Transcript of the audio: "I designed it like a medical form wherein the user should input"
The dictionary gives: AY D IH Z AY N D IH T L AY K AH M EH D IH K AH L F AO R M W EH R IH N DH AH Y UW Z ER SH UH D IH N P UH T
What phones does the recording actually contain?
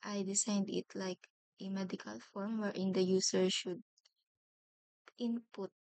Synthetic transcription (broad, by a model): AY D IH S AY N D IH T L AY K AH M EH D IH K AH L F AO R M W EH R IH N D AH Y UW S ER SH UH D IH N P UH T